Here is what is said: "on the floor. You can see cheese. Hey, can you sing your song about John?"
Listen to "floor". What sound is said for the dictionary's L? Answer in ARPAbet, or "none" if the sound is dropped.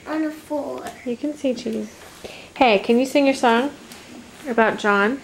none